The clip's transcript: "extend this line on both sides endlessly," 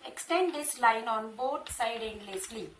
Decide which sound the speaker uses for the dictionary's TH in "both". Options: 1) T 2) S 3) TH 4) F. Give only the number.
1